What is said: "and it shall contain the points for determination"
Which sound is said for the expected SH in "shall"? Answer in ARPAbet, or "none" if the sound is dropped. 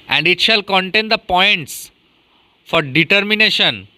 SH